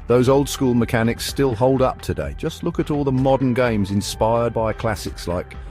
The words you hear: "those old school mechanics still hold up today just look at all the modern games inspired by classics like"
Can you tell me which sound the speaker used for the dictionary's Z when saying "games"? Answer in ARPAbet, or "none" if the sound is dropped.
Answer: Z